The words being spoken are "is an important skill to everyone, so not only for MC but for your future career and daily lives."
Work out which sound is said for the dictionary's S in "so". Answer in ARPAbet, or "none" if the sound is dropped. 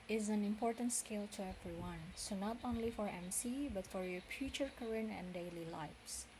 S